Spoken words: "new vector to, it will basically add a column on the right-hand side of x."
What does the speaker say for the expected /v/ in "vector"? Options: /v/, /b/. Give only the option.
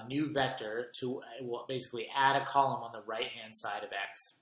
/v/